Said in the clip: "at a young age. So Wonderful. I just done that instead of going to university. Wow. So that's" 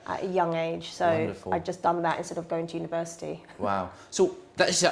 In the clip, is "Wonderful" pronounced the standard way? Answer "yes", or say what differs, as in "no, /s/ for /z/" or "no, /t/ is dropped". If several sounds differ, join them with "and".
no, /f/ is dropped